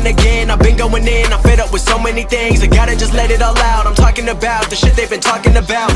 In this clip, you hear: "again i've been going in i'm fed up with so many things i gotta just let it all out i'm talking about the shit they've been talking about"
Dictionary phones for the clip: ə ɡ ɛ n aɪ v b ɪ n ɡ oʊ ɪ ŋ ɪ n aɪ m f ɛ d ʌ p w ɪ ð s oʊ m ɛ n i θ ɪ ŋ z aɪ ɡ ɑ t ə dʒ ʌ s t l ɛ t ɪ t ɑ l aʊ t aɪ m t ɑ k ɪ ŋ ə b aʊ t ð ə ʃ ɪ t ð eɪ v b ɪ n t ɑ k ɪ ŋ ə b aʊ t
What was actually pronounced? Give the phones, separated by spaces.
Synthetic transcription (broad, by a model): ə ɡ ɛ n aɪ v b ɪ n ɡ oʊ ɪ ŋ ɪ n aɪ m f ɛ d ʌ p w ɪ ð s oʊ m ɛ n i θ ɪ ŋ z aɪ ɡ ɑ t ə dʒ ʌ s t l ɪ t ɪ t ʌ l aʊ t aɪ m t ɑ k ɪ ŋ ə b aʊ t ð ə ʃ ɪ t ð eɪ v b ɪ n t ɑ k ɪ ŋ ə b aʊ t